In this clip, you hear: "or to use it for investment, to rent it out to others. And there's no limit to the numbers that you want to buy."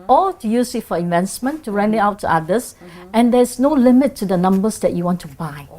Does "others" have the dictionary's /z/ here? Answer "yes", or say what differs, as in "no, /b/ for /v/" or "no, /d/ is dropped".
no, /s/ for /z/